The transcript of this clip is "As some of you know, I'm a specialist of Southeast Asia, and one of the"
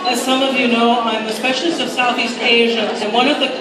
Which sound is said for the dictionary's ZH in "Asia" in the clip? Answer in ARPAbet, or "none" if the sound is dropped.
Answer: ZH